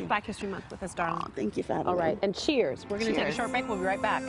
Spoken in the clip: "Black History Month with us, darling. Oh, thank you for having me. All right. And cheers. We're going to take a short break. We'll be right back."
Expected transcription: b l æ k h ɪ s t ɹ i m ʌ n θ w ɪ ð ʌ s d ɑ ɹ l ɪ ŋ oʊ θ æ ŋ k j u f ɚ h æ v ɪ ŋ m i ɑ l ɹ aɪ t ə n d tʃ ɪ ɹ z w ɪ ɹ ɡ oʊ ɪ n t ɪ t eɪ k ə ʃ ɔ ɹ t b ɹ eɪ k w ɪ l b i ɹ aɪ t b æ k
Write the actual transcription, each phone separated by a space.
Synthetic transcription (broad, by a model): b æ k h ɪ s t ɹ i m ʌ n s w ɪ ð ʌ s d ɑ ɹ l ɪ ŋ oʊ θ æ ŋ k j u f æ ɑ l ɹ aɪ t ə n tʃ ɪ ɹ z w ɪ ɹ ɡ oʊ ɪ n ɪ t eɪ k ə ʃ ɔ ɹ t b eɪ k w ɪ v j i ɹ aɪ t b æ k